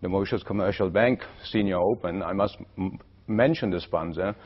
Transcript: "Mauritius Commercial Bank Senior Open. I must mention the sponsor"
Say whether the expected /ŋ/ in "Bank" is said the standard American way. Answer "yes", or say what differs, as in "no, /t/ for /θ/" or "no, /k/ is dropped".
yes